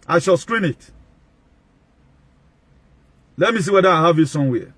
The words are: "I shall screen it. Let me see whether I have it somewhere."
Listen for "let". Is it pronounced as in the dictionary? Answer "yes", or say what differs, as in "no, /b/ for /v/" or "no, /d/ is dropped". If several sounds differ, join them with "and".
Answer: yes